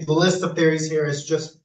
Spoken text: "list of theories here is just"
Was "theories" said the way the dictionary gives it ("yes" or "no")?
yes